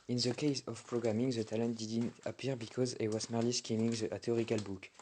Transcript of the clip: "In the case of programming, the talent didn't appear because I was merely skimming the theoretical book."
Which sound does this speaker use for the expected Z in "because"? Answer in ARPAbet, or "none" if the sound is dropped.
Z